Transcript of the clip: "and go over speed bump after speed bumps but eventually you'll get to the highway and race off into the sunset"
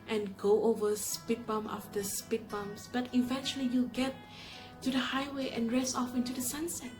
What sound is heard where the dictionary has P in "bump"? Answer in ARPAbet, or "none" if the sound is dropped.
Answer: none